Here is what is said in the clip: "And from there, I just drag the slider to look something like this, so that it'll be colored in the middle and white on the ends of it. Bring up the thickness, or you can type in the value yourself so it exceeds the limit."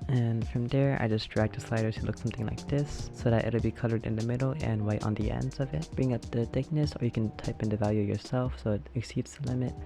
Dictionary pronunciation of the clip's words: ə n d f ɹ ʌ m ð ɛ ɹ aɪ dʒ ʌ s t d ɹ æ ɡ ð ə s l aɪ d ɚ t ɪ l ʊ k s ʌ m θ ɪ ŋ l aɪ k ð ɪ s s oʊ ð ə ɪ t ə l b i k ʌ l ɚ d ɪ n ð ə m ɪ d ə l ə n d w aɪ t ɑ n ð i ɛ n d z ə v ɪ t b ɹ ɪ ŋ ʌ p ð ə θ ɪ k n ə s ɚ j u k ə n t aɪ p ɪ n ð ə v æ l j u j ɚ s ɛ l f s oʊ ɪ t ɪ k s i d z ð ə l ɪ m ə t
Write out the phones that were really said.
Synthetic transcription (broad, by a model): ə n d f ɹ ʌ m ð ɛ ɹ aɪ dʒ ʌ s d ɹ æ ɡ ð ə s l aɪ d ɚ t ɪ l ʊ k s ʌ m θ ɪ ŋ l aɪ k ð ɪ s s oʊ ð ə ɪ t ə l b i k ʌ l ɚ d ɪ n ð ə m ɪ d l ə n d w aɪ t n ð i ɛ n d z ə v ɪ t b ɹ ɪ ŋ ʌ p ð ə θ ɪ k n ə s ɚ j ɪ k ə n t aɪ p ɪ n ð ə v æ l j u j ɚ s ɛ l f s oʊ ɪ t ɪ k s i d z ð ə l ɪ m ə t